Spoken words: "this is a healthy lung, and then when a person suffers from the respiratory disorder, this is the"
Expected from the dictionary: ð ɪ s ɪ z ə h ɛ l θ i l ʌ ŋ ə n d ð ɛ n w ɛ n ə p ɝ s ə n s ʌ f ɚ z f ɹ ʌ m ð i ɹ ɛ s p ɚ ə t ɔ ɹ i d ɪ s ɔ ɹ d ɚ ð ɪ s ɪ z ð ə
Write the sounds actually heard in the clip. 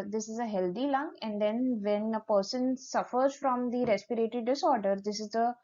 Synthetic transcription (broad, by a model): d ɪ s ɪ z ə h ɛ l t i l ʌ ŋ ə n d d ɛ n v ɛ n ə p ɝ s ə n s ʌ f ɚ z f ɹ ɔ m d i ɹ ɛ s p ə t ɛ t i d ɪ s ɔ ɹ d ɚ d ɪ s ɪ z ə